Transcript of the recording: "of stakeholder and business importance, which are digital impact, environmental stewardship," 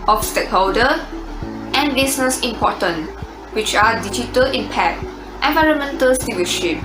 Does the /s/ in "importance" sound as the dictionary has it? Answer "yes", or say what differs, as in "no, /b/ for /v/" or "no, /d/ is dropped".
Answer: no, /s/ is dropped